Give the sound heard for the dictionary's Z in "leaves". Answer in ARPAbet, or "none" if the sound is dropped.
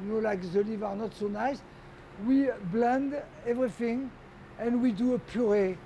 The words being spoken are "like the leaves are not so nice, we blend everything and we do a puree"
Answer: none